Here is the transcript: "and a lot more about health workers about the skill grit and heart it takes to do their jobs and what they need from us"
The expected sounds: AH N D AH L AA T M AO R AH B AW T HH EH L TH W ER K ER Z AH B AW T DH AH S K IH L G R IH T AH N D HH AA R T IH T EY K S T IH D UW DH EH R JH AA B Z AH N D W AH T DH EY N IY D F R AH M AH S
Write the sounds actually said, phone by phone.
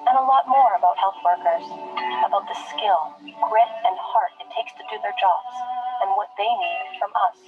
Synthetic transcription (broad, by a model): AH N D AH L AA T M AO R AH B AW T HH EH L TH W ER K ER Z AH B AW T DH AH S K IH L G R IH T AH N HH AA R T IH T EY K S T IH D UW DH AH R JH AA B Z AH N W AH T DH EY N IY D F R AH M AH S